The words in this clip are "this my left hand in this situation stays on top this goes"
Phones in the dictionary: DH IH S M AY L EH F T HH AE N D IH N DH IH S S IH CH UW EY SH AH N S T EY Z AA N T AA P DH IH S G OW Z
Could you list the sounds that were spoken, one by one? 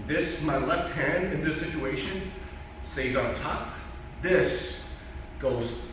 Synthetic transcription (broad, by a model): DH IH S M AY L EH F T HH AE N D IH N DH IH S S IH CH UW EY SH AH N S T EY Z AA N T AA P DH IH S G OW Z